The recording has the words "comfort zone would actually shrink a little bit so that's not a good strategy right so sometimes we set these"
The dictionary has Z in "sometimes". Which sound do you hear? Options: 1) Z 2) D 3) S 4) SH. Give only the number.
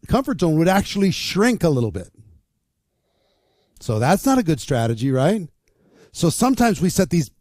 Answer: 1